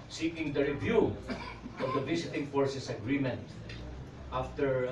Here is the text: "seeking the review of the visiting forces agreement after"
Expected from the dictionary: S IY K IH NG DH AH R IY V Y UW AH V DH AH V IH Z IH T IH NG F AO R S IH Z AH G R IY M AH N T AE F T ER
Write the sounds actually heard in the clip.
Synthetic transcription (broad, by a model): S IY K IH NG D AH R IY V Y UW AH V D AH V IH S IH T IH NG F AO R S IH S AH G R IY M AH N T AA F T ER